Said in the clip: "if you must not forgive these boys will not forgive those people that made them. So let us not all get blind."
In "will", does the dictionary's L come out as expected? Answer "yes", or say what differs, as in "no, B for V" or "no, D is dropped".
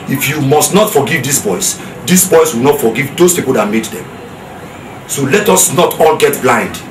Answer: no, W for L